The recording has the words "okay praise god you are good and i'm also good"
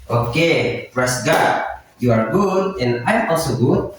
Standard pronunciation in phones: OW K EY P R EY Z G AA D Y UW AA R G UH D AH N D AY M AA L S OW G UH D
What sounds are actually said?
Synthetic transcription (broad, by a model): OW K EY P R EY S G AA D Y UW AA R G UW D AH N AY M AA L S OW G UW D